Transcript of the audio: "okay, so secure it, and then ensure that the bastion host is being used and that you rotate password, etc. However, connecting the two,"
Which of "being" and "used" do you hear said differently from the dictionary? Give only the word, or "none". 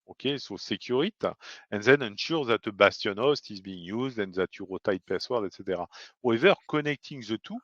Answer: none